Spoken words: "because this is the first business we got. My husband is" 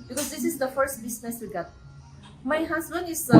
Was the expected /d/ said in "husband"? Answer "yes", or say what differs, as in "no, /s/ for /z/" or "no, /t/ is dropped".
no, /d/ is dropped